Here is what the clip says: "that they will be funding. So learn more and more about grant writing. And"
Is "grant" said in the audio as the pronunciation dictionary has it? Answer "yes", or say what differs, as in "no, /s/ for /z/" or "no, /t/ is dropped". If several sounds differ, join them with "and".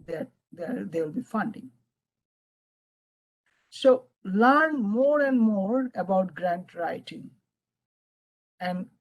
yes